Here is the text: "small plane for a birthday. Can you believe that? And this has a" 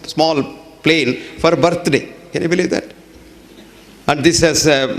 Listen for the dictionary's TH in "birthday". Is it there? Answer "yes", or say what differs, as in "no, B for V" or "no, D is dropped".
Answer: no, T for TH